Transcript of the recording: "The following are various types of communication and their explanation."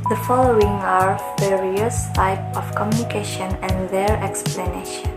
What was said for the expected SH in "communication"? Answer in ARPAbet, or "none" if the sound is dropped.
SH